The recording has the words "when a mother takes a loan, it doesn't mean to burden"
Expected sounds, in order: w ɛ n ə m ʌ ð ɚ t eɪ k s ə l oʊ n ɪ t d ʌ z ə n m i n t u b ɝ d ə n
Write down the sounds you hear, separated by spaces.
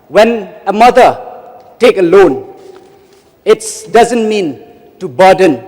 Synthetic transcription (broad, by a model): w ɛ n ə m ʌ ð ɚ t eɪ k ə l oʊ n ɪ t d ʌ z ə n m i n t u b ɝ d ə n